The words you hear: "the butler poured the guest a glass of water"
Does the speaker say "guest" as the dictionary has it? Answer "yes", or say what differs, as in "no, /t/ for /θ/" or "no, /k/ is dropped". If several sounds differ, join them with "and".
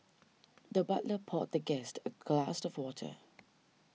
yes